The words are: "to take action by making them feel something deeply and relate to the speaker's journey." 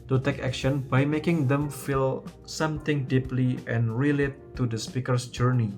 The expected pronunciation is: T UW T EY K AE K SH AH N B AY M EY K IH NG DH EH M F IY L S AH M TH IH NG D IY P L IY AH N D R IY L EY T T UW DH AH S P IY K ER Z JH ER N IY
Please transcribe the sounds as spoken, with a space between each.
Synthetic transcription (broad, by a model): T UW T EY K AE K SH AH N B AY M EY K IH NG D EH M F IY L S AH M T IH NG D IY P L IY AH N R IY L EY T T UW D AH S P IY K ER S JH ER N IY